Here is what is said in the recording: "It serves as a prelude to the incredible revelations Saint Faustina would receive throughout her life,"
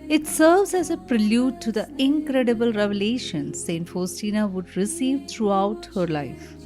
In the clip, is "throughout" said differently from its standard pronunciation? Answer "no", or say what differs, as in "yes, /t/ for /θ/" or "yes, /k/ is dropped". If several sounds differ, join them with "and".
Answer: yes, /t/ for /θ/